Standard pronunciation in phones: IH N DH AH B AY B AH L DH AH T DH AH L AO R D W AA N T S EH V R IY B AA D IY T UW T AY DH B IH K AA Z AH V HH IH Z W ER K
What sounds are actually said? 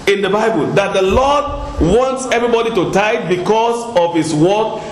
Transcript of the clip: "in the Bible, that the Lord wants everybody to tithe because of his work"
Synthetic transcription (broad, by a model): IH N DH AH B AY B AH L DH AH T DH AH L AO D W AA N T S EH V R IY B AA D IY T UW T AY B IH K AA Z AH V HH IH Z W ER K